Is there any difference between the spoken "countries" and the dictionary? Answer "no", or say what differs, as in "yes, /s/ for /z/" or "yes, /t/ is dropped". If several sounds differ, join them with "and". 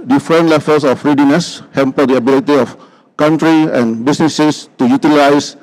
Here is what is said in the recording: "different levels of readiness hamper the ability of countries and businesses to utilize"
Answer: yes, /z/ is dropped